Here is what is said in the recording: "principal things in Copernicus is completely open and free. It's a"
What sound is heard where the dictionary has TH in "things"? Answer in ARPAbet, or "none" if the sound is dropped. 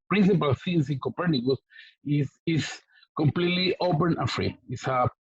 S